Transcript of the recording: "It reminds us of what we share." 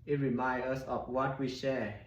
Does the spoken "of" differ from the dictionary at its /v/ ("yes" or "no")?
yes